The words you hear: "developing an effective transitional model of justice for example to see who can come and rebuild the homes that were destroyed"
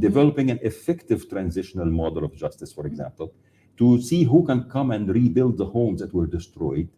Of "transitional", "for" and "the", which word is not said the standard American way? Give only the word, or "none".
none